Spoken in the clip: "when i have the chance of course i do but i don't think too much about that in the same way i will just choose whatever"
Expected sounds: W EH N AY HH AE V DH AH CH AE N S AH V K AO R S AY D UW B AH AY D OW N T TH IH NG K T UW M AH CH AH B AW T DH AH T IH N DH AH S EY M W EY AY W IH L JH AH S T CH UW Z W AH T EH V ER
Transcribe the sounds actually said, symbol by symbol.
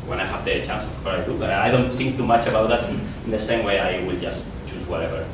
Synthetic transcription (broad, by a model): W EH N AY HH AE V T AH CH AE N S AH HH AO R AY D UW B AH AY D OW N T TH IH NG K T UW M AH CH AH B AW T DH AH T IH N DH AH S EY M W EY AY W IH L JH AH S T CH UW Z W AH T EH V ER